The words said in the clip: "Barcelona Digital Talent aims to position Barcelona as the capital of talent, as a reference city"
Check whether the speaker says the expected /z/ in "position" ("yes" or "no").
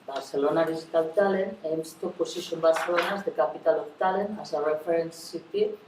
no